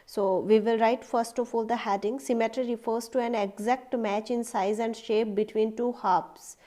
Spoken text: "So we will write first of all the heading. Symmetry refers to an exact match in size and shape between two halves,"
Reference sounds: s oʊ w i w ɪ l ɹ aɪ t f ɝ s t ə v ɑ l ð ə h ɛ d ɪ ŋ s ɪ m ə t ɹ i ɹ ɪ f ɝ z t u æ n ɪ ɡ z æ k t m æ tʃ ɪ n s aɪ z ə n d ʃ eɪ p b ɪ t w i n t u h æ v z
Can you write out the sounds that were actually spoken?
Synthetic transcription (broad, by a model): s oʊ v i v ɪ l ɹ aɪ t f ɝ s t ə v ɑ l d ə h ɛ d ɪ ŋ s ɪ m ə t ɹ i ɹ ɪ f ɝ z t u æ n ɪ ɡ z æ k t m æ tʃ ɪ n s aɪ z ə n d ʃ eɪ p b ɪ t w i n t u h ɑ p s